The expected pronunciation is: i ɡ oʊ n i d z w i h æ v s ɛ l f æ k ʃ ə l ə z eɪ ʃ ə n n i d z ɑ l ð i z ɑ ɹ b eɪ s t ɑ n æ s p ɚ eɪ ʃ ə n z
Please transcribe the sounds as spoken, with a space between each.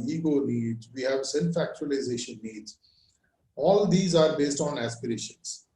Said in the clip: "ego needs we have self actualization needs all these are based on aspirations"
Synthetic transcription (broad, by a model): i ɡ oʊ n i d z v i h æ v s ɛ n f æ k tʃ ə l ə z eɪ ʃ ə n n i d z ɑ l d i z ɑ ɹ b eɪ s t ɑ n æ s p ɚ eɪ ʃ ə n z